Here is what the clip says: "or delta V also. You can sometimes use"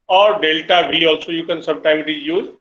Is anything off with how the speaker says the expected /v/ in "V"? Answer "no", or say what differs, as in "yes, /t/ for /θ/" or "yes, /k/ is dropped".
yes, /b/ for /v/